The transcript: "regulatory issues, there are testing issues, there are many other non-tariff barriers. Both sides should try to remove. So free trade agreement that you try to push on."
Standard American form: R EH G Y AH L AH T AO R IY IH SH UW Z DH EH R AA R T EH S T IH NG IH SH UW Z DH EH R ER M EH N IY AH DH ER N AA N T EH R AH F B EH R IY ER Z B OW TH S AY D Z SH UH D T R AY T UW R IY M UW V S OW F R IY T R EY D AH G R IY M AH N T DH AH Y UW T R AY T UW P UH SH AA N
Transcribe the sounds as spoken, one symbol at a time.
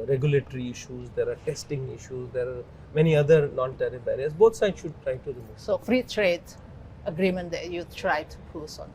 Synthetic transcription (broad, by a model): R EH G Y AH L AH T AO R IY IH SH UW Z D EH R AA R T EH S T IH NG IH SH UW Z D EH R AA M EH N IY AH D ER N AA N T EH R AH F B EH R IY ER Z B OW T S AY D SH UH D T R AY T UW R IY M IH S OW F R IY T R EY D AH G R IY M AH N T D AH Y UW T R AY T UW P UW S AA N